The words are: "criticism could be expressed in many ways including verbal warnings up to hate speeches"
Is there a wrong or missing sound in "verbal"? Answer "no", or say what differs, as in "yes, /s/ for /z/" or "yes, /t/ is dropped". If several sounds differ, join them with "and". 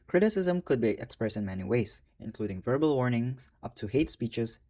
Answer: no